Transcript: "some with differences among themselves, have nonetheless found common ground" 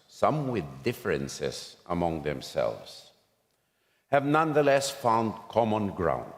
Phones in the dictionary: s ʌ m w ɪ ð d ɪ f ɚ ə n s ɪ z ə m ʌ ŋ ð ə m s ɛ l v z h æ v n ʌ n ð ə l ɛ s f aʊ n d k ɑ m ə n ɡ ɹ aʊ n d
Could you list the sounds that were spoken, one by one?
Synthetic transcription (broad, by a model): s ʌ m w ɪ ð d ɪ f ɚ ə n s ɪ z ə m ʌ ŋ ð ə m s ɛ l v z h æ v n ʌ n ð ə l ɛ s f aʊ n d k ɑ m ə n ɡ ɹ aʊ n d